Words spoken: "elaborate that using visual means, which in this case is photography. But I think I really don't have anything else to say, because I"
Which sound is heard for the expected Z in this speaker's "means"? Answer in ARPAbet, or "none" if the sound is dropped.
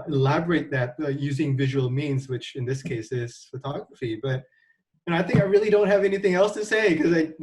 Z